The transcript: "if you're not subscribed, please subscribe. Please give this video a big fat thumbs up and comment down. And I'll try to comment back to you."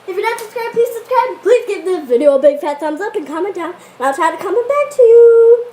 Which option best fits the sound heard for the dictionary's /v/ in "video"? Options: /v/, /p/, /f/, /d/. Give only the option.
/v/